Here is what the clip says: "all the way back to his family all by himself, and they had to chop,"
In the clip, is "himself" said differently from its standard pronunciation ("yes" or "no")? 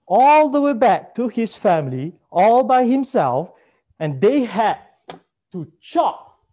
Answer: no